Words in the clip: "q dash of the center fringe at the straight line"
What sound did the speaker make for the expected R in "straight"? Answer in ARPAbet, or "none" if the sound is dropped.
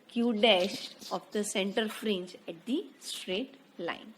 R